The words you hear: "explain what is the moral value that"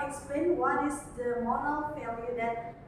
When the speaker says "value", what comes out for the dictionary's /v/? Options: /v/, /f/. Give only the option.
/f/